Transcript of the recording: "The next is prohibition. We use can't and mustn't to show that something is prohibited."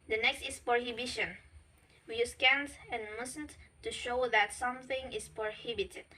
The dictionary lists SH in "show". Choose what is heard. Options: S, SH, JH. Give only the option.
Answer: SH